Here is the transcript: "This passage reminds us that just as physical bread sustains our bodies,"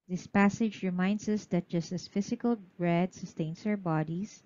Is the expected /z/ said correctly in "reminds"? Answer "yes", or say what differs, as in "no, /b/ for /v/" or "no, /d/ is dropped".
no, /s/ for /z/